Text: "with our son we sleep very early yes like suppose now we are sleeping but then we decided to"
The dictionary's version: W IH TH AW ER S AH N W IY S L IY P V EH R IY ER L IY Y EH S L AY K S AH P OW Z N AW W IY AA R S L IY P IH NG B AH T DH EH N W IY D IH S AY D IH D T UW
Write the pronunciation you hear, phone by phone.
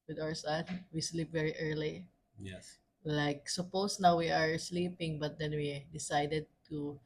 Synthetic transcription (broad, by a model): W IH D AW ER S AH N W IY S L IY P V EH R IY ER L IY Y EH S L AY K S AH P OW S N AW W IY AA R S L IY P IH NG B AH T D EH N W IY D IH S AY D IH D T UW